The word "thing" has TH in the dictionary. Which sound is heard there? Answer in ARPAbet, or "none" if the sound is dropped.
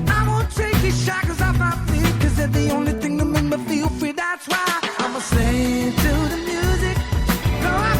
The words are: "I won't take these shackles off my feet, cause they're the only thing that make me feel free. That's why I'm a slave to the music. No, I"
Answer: TH